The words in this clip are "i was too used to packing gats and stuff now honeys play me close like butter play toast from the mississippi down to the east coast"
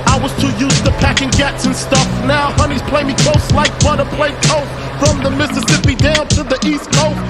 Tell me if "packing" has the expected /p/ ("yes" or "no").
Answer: yes